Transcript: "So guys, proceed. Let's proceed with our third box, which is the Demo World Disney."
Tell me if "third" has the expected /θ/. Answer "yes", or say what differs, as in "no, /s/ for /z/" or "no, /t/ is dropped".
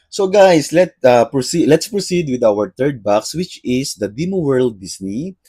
no, /t/ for /θ/